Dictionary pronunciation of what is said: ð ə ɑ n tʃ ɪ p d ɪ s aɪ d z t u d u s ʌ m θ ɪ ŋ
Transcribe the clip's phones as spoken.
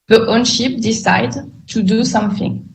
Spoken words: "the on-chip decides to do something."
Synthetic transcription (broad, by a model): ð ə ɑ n ʃ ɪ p d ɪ s aɪ d t u d u s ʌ m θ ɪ ŋ